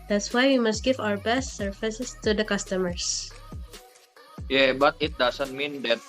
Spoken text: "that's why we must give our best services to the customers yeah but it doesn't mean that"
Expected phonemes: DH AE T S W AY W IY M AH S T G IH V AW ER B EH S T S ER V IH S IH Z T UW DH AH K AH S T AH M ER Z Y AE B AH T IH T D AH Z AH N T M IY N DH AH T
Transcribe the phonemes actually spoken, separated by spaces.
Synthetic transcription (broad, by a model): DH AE T S W AY W IY M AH S T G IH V AW ER B EH S T S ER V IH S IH S T UW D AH K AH S T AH M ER S Y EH B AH T IH T D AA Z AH N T M IY N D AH T